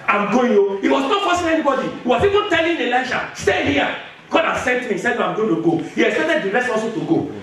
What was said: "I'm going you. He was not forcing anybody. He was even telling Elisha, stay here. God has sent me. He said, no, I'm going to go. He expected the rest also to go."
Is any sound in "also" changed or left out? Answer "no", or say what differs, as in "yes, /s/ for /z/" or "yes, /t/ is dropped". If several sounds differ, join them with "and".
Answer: yes, /l/ is dropped